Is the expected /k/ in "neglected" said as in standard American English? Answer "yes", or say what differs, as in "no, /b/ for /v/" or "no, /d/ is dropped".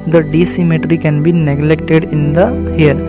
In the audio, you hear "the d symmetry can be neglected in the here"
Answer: yes